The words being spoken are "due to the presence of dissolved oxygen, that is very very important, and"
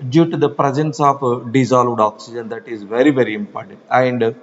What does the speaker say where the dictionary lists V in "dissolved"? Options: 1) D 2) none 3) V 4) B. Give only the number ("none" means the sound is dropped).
3